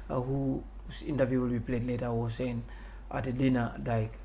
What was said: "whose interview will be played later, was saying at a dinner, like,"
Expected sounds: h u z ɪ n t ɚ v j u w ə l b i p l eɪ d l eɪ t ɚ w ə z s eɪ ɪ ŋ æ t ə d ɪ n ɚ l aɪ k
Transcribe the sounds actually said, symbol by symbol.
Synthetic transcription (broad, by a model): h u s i n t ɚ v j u w ə l b i p l eɪ d l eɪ t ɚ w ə s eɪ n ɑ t ə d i n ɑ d aɪ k